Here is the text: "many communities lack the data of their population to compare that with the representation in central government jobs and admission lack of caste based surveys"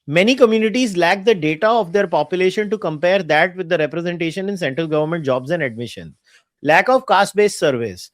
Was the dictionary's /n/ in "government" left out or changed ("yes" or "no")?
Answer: no